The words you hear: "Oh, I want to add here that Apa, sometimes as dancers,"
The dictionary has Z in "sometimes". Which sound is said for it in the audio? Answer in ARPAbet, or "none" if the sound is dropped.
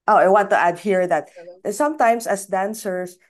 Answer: S